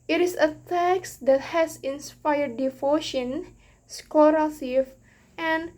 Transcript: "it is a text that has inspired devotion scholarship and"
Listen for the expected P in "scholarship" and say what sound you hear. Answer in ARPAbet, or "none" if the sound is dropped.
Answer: F